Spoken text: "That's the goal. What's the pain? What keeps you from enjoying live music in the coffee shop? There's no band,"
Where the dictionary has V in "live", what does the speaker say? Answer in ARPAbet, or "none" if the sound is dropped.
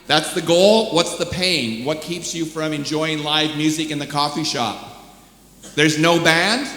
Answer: V